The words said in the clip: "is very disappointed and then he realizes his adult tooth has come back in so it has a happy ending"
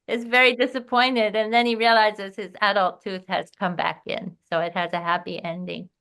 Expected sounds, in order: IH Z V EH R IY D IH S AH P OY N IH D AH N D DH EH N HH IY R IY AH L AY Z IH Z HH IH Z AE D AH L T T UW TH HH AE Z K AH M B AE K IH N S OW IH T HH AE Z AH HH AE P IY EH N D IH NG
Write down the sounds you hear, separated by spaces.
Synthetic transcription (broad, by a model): IH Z V EH R IY D IH S AH P OY N IH D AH N DH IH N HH IY R IY AH L AY Z IH Z HH IH Z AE D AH L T T UW TH HH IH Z K AH M B AE K IH N S OW IH T HH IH Z AH HH AE P IY EH N D IH NG